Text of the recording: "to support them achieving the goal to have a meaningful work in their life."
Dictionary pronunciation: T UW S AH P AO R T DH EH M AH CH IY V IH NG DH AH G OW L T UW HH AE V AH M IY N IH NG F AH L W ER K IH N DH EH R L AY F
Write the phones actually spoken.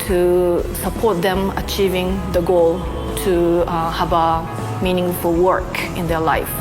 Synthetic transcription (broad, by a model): T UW S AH P AO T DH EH M AH CH IY V IH NG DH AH G OW L T UW HH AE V AH M IY N IH NG F AH L W ER K IH N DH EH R L AY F